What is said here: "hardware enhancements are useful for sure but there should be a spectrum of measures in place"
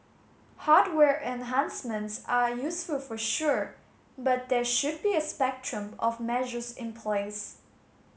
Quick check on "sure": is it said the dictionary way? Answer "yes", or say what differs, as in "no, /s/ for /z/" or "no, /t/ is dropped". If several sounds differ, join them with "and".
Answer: yes